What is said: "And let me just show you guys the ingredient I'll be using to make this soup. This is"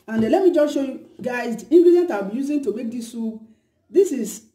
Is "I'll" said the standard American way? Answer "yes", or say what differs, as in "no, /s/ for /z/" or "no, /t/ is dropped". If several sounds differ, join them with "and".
no, /w/ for /l/